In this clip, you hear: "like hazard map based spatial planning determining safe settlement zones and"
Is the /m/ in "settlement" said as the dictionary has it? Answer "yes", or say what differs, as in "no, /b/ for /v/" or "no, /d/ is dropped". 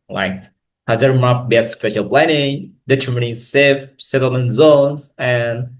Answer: no, /m/ is dropped